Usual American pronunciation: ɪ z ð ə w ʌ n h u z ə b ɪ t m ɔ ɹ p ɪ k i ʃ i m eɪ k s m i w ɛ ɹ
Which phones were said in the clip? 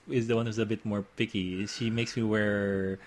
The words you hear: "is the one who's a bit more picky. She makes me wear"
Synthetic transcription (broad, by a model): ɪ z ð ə w ʌ n h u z ə b ɪ t m ɔ ɹ p ɪ k i ʃ i m eɪ k s m i w ɛ ɹ